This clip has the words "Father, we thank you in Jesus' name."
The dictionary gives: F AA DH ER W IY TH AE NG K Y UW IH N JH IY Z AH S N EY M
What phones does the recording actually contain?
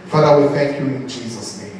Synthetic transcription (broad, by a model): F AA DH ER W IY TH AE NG K Y UW IH N JH IY Z AH S N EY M